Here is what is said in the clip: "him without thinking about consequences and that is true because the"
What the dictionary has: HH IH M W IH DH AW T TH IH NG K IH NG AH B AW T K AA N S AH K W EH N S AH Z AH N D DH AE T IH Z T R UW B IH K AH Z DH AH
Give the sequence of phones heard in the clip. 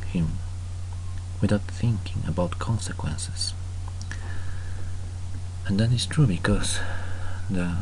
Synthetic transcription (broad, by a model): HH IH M W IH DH AW T TH IH NG K IH NG AH B AW T K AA N S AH K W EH N S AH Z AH N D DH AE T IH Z T R UW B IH K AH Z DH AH